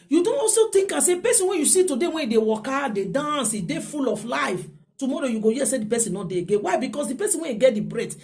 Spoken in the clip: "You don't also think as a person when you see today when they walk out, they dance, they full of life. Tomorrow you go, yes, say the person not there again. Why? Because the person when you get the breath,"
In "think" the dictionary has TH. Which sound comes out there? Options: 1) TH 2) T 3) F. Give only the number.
2